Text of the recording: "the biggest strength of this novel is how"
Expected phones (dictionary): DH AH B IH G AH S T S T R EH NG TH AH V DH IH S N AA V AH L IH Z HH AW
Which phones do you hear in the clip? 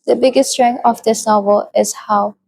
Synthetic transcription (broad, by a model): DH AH B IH G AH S S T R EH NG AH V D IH S N AA V AH L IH S HH AW